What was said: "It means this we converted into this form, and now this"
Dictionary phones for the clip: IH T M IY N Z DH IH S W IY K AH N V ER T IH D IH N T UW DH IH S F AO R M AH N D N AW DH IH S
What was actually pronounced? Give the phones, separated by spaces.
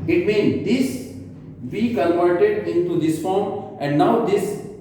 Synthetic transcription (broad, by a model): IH T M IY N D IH S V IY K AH L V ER T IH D IH N T UW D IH S F AO R M AH N D N AW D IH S